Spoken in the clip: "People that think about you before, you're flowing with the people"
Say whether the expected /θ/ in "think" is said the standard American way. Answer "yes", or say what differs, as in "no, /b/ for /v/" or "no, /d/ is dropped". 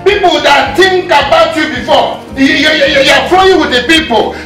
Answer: no, /t/ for /θ/